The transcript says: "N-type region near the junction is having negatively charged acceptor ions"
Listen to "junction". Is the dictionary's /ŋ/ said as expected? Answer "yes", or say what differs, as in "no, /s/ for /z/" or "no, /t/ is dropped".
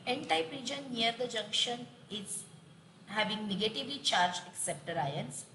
yes